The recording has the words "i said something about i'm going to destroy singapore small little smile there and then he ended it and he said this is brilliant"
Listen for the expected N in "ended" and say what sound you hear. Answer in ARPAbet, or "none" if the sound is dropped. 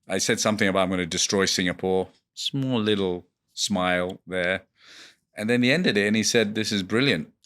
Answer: N